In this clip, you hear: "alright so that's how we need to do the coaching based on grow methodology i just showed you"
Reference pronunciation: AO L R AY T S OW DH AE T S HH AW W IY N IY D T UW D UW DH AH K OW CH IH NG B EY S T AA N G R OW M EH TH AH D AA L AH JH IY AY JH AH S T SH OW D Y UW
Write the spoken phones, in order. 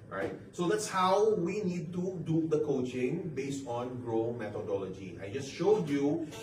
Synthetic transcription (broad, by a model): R AY T S OW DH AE T S HH AW W IY N IY D T UW D UW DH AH K OW CH IH NG B EY S T AA N G R OW M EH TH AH D AA L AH JH IY AY JH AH S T SH OW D Y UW